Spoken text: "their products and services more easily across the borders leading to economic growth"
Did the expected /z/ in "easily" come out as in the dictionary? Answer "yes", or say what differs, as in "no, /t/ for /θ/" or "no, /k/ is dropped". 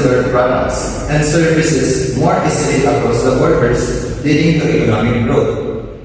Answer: no, /s/ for /z/